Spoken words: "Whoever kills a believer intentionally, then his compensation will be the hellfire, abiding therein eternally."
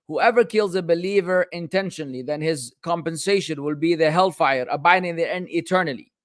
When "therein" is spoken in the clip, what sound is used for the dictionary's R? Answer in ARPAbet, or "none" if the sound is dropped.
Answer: none